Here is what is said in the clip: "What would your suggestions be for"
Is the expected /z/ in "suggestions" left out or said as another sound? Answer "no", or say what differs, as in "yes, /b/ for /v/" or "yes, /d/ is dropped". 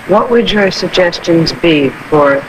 no